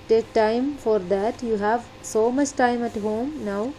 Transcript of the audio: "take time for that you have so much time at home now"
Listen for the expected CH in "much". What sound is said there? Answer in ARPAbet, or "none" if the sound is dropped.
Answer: CH